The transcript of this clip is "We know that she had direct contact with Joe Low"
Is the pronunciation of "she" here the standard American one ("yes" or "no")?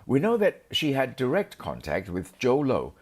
yes